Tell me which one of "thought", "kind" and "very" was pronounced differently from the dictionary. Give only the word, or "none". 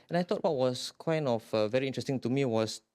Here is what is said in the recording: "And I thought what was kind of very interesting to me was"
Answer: thought